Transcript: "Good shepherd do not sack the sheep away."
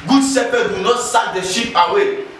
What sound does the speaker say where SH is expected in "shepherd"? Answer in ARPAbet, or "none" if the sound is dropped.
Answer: S